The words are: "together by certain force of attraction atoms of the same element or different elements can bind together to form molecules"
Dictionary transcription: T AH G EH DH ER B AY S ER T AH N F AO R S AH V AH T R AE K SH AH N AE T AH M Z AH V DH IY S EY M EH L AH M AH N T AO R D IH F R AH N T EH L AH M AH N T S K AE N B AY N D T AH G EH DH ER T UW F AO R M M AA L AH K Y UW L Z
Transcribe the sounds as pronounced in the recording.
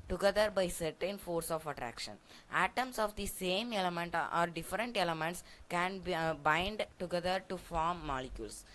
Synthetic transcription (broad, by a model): T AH G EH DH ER B AY S ER T AH N F AO R S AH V AH T R AE K SH AH N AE T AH M S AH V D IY S EY M EH L AH M AH N T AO R D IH F R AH N T EH L AH M AH N T S K AE N B AY N D T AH G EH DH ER T UW F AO R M M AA L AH K Y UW L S